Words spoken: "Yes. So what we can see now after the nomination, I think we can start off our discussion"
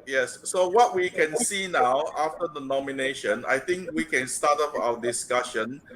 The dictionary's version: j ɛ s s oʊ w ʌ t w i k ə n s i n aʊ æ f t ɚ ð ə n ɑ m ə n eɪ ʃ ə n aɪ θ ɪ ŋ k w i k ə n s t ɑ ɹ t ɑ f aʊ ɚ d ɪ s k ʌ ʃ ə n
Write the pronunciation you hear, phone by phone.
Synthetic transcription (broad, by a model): j ɛ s s oʊ w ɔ t w i k ə n s i n aʊ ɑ f t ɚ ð ə n ɑ m ə n eɪ ʃ ə n aɪ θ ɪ ŋ k w i k ə n s t ɑ t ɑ p aʊ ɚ d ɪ s k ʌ ʃ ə n